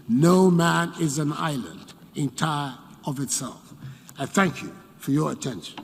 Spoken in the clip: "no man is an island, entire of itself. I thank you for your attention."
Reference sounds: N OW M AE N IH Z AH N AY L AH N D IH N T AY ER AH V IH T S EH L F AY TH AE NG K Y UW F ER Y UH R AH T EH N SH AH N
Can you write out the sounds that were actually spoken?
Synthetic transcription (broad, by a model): N OW M AE N IH Z AH N AY L AH N D IH N T AY ER AH V IH T S EH L F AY TH AE NG K Y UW F ER Y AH R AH T EH N SH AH N